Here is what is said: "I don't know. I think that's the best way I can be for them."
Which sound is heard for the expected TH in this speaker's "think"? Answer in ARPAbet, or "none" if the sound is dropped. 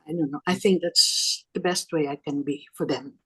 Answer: TH